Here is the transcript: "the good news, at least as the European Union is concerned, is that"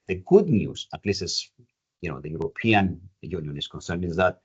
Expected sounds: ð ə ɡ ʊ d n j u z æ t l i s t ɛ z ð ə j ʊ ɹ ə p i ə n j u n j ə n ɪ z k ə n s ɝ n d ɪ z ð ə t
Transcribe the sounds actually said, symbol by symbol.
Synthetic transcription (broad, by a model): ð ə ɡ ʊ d n j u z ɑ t l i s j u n ð ə j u ɹ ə p i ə n j u n j ə n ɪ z k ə n s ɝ n ɪ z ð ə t